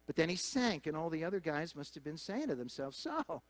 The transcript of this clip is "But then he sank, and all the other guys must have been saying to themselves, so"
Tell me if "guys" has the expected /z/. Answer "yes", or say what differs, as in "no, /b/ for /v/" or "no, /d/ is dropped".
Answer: yes